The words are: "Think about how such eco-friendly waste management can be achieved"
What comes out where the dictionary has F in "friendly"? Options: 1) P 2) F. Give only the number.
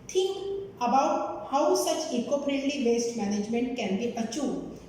1